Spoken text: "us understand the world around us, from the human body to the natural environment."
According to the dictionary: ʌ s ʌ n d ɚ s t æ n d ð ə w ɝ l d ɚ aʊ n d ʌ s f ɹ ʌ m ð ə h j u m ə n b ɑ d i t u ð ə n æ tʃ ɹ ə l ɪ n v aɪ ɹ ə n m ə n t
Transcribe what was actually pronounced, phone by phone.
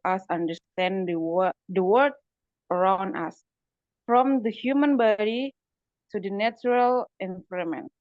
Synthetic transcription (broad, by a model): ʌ s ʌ n d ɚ s t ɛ n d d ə w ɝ d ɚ aʊ n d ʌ s f ɹ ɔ m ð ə h j u m ə n b ɑ d i t u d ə n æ tʃ ɹ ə l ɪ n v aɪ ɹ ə m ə n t